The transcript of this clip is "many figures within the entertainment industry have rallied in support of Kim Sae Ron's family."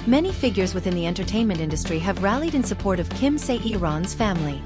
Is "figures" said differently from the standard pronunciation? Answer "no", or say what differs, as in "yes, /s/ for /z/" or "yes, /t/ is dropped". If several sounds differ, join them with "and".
no